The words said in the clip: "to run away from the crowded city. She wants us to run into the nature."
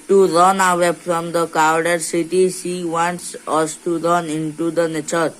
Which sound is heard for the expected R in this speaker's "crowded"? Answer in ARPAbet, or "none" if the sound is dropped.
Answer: none